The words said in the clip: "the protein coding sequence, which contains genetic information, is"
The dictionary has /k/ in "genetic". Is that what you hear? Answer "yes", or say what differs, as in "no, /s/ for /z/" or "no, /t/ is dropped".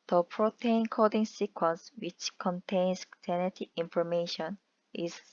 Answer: no, /k/ is dropped